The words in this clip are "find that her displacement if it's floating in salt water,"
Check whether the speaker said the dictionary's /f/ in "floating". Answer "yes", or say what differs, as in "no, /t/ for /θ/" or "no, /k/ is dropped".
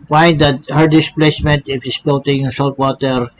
no, /p/ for /f/